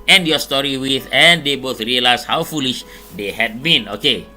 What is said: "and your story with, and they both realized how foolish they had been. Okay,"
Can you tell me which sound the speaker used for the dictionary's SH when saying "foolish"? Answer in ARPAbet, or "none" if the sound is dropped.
SH